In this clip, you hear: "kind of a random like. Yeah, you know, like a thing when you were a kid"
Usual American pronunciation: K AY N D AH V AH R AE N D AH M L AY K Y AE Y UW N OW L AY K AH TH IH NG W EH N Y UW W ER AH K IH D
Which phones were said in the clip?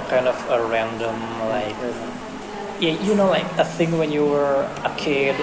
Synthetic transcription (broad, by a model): K AY N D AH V AH R AE N D AH M L AY K Y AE Y UW N OW L AY K AH TH IH NG W EH N Y UW W ER AH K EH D